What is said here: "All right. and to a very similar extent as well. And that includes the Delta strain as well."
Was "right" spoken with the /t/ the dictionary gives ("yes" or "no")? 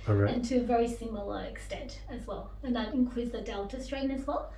no